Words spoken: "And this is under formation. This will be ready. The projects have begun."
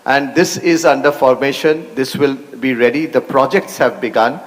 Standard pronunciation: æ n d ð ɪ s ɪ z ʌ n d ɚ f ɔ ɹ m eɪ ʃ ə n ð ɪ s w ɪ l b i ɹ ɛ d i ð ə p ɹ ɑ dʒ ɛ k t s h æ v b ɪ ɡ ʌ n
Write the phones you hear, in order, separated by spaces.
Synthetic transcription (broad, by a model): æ n d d ɪ s ɪ z ʌ n d ɚ f ɔ ɹ m eɪ ʃ ə n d ɪ s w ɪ l b i ɹ ɛ d i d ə p ɹ ɑ dʒ ɛ k t s h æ v b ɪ ɡ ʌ n